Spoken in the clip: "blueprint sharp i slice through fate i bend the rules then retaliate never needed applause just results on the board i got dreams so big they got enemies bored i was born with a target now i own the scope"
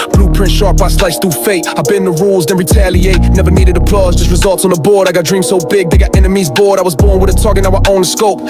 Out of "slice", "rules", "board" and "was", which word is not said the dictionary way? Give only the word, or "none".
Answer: none